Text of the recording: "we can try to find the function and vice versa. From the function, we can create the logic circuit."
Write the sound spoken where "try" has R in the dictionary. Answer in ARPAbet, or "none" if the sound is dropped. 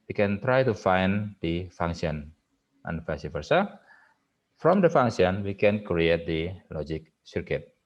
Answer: R